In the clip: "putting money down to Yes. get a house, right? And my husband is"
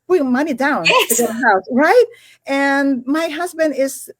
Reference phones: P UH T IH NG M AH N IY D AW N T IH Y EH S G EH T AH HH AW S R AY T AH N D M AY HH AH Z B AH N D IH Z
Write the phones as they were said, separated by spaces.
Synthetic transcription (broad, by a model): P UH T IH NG M AH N IY D AW N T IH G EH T AH HH AW S R AY T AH N M AY HH AH Z B AH N D IH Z